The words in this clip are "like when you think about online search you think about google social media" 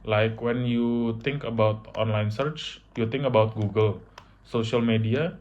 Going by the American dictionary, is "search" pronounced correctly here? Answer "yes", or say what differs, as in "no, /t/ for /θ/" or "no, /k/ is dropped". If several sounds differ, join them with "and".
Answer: yes